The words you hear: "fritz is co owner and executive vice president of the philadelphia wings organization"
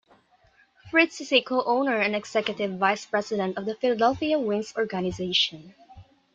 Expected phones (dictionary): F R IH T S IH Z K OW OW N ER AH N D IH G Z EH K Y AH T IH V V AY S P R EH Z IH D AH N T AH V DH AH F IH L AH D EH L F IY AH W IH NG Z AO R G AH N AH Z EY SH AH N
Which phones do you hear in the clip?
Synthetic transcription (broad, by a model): F R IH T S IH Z K OW OW N ER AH N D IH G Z EH K Y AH T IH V V AY S P R EH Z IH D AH N T AH V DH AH F IH L AH D EH L F IY AH W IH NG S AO R G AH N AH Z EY SH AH N